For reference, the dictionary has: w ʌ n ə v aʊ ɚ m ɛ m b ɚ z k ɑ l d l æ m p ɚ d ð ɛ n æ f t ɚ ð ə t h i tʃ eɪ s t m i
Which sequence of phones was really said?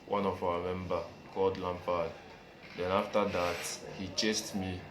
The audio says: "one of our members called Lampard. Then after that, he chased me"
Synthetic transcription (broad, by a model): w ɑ n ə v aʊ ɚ m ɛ m b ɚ k ɑ l d l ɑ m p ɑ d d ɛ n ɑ f t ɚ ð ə t h i tʃ eɪ s t m i